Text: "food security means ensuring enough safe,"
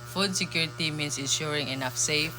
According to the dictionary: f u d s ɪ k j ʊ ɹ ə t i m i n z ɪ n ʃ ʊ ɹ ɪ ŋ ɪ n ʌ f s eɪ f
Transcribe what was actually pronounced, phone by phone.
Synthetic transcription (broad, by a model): f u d s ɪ k j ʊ ɹ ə t i m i n s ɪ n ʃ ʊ ɹ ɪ ŋ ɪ n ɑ f s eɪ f